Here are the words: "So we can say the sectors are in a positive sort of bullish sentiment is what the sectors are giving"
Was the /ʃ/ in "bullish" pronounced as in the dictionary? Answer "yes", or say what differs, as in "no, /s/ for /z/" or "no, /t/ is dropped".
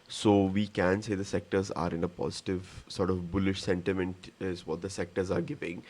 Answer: yes